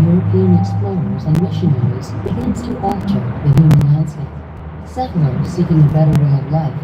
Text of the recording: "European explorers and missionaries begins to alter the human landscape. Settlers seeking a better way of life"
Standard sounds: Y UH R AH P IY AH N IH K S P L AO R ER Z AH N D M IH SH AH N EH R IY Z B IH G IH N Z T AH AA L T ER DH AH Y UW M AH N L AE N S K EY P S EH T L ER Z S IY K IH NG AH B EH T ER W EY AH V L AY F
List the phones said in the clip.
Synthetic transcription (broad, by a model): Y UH R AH P IY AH N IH K S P L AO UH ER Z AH N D M IH SH AH N EH R IY Z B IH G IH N S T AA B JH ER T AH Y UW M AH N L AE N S EY S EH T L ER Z S IY K IH NG AH B EH T ER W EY AH V L AY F